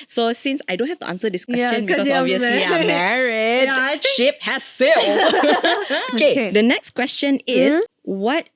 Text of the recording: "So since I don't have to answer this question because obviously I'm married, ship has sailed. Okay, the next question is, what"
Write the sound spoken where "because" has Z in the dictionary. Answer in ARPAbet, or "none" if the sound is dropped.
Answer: none